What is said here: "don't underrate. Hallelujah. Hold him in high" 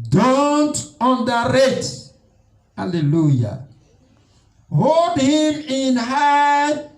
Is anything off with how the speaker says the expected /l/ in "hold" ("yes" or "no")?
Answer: no